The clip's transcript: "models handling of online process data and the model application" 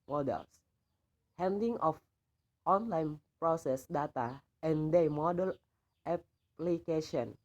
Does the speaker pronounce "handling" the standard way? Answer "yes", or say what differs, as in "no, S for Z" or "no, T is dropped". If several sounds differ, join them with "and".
no, L is dropped